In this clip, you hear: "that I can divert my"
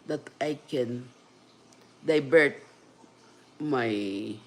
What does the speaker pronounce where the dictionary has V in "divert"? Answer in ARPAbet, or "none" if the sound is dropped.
B